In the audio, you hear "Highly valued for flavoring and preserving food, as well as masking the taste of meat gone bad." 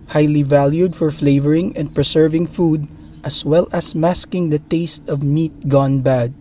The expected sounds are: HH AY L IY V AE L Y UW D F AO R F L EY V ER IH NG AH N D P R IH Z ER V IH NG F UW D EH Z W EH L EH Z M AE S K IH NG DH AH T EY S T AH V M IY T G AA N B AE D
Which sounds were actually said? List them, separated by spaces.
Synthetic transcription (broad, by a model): HH AY L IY V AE L Y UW D F AO R F L EY V ER IH NG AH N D P R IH S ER V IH NG F UW D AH S W EH L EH S M AE S K IH NG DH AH T EY S T AH V M IY T G AA N B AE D